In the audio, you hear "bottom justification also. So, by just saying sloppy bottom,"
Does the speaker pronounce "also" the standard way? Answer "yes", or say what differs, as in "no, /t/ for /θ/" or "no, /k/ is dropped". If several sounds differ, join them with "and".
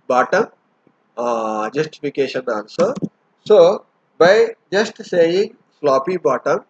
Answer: no, /n/ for /l/